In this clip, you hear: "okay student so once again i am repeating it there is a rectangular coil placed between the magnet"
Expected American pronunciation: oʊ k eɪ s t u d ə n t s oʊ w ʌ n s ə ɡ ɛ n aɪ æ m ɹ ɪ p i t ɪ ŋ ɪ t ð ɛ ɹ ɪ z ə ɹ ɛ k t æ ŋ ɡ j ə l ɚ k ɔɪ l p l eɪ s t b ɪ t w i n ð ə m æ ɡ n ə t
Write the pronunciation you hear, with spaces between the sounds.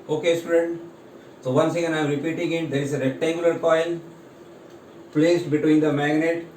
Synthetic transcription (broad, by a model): oʊ k eɪ s t u d ə n t s oʊ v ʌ n s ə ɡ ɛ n aɪ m ɹ ɪ p i t ɪ ŋ ɪ t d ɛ ɹ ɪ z ə ɹ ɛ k t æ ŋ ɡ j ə l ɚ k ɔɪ n p l eɪ s t b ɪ t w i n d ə m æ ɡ n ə t